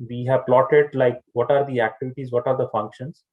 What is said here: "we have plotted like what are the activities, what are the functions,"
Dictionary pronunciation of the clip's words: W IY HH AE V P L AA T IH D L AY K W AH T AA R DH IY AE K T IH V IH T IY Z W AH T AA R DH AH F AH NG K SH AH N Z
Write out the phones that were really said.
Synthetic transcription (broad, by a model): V IY HH AE V P L AA T IH D L AY K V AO T AA R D IY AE K T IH V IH T IY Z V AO T AA R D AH F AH NG K SH AH N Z